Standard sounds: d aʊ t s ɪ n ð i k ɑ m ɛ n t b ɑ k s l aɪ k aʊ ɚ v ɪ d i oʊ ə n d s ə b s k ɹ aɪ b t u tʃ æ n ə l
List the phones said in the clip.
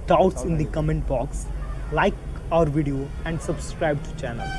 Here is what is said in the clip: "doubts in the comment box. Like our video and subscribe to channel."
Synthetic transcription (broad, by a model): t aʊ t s ɪ n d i k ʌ m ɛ n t b ɑ k s l aɪ k aʊ ɚ v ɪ d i oʊ ə n d s ə b s k ɹ aɪ b t u tʃ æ n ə l